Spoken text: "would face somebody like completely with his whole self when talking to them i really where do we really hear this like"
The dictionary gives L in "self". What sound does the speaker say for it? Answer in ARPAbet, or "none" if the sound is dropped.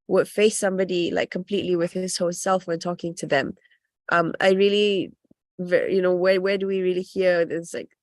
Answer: L